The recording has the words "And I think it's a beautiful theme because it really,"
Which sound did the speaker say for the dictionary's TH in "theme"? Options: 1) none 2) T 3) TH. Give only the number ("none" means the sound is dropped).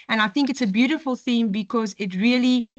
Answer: 3